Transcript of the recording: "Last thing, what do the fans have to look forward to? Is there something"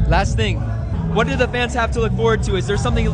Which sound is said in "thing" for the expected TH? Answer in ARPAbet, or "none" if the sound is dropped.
TH